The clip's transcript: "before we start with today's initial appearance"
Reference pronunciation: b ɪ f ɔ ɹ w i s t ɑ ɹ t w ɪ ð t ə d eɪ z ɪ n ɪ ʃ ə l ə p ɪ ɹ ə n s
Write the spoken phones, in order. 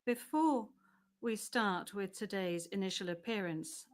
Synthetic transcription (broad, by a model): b ɪ f ɔ w i s t ɑ t w ɪ ð t ə d eɪ z ɪ n ɪ ʃ ə l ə p ɪ ɹ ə n s